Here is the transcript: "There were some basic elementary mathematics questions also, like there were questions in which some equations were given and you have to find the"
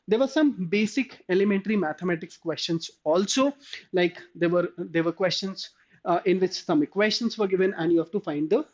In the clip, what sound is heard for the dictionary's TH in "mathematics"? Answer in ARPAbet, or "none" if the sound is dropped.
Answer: T